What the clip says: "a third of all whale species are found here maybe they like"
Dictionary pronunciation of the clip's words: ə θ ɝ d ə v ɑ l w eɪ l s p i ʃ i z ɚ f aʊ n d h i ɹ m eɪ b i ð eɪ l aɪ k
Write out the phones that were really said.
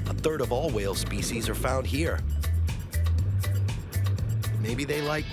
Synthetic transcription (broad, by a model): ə θ ɝ d ə v ɑ l w eɪ l s p i ʃ i z ɚ f aʊ n d h i ɹ m eɪ b i ð eɪ l aɪ k